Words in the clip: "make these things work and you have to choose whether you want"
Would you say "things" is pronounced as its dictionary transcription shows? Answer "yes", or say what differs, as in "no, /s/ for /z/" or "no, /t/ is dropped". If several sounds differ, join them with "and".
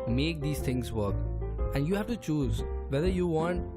no, /t/ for /θ/